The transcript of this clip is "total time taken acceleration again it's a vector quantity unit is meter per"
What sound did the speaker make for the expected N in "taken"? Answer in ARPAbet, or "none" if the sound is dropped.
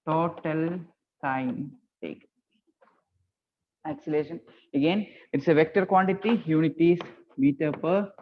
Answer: none